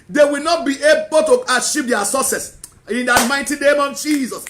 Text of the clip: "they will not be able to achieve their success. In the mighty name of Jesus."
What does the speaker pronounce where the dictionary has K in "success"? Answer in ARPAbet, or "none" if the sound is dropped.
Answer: none